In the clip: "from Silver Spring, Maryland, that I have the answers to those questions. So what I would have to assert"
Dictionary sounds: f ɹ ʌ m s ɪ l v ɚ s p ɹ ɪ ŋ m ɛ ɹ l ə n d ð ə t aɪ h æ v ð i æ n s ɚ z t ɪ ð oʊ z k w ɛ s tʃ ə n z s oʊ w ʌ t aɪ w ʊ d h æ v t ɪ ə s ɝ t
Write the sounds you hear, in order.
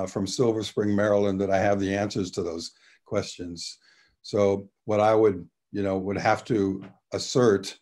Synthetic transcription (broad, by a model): f ɹ ʌ m s ɪ l v ɚ s p ɹ ɪ ŋ m ɛ ɹ l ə n ð ə t aɪ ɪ v ð i æ n s ɚ z t ɪ ð oʊ z k w ɛ s tʃ ə n z s oʊ w ʌ t aɪ w ʊ d h æ f t ɪ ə s ɝ t